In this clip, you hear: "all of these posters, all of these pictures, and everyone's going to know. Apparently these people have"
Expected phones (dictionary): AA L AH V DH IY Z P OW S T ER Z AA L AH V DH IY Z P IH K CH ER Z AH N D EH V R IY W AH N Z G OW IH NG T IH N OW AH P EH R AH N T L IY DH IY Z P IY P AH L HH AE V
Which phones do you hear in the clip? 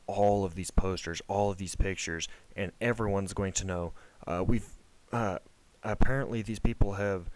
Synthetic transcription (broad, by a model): AA L AH V DH IY Z P OW S T ER Z AA L AH V DH IY Z P IH K CH ER Z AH N EH V R IY W AH N Z G OW IH NG T IH N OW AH P EH R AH N T L IY DH IY Z P IY P L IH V